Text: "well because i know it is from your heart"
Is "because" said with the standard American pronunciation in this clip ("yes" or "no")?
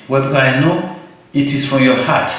no